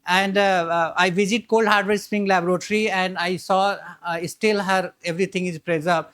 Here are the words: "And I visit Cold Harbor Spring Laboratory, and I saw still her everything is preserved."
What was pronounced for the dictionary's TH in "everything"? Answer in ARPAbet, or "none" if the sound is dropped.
T